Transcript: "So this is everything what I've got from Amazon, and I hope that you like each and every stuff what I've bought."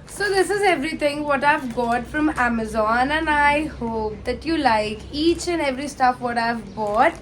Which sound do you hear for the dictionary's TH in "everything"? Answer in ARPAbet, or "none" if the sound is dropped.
T